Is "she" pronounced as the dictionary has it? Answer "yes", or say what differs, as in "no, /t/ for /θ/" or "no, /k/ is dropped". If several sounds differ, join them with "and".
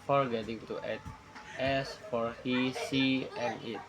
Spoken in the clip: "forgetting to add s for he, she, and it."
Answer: no, /s/ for /ʃ/